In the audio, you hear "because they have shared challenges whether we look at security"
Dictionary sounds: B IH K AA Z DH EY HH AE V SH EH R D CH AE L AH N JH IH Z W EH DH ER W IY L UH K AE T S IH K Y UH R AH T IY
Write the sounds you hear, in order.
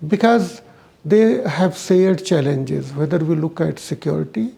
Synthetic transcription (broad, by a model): B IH K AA Z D EY HH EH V S EH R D CH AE L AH N JH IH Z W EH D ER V IY L UH K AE T S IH K Y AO R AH T IY